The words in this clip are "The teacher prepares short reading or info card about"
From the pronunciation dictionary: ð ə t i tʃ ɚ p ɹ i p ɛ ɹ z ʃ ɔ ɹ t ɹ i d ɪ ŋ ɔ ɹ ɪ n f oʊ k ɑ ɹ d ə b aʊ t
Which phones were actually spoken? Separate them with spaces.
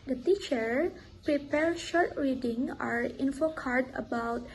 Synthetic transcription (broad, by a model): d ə t i tʃ ɚ p ɹ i p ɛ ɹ ʃ ɔ ɹ t ɹ i d ɪ ŋ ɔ ɹ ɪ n f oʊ k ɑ ɹ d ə b aʊ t